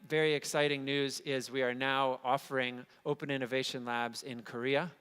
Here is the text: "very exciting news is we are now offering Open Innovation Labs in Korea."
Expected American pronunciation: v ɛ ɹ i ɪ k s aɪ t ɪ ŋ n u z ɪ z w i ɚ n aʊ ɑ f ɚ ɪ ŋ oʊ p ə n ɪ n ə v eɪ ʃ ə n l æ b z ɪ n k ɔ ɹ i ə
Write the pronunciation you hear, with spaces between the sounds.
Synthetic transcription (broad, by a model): v ɛ ɹ i ɪ k s aɪ t ɪ ŋ n u z ɪ z w i ɚ n aʊ ɑ f ɚ ɪ ŋ oʊ p ə n ɪ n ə v eɪ ʃ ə n l æ b z ɪ n k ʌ ɹ i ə